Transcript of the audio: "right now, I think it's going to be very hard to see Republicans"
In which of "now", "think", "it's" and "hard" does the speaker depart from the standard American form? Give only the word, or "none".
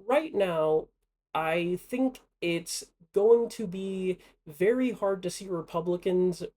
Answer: none